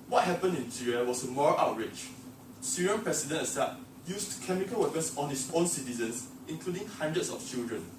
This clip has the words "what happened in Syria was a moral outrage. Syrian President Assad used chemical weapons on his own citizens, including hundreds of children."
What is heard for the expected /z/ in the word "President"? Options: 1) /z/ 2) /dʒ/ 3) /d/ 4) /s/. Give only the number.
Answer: 4